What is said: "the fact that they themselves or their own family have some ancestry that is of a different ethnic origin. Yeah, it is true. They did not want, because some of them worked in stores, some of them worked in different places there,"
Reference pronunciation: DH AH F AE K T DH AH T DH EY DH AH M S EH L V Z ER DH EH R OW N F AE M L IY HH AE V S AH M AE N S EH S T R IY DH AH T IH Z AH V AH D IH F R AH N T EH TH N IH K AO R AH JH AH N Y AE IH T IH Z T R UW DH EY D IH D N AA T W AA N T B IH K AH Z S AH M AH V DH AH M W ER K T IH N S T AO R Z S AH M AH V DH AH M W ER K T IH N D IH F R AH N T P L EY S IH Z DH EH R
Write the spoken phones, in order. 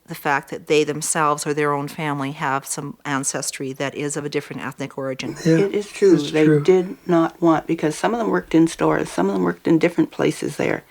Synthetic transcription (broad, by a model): DH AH F AE K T DH AH T DH EY DH AH M S EH L V Z ER DH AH R OW N F AE M L IY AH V S AH M AE N S EH S T R IY DH AH T IH Z AH V AH D IH F R AH N T EH TH N IH K AO R AH JH AH N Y IH T IH Z T R UW DH EY D IH D N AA T W AA N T B IH K AH Z S AH M AH V DH AH M W ER K T IH N S T AO R Z S AH M AH V DH AH M W ER K T IH N D IH F R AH N P L EY S IH Z DH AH R